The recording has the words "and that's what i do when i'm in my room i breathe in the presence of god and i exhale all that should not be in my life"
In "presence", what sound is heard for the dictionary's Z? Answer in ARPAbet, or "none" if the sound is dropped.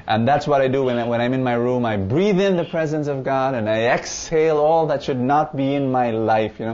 Z